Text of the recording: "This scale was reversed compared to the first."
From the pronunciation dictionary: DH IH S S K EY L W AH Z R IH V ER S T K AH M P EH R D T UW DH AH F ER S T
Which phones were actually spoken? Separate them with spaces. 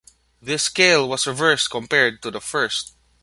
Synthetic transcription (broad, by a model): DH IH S S K EY L W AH S R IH V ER S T K AH M P EH R D T UW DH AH F ER S T